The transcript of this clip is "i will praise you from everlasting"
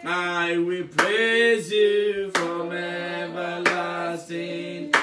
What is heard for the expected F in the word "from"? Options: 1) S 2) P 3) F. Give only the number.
3